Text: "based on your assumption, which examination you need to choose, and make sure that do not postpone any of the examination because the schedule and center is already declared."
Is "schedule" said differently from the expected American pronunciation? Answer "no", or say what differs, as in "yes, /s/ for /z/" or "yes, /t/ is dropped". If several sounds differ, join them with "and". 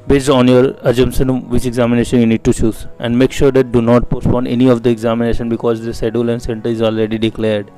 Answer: yes, /k/ is dropped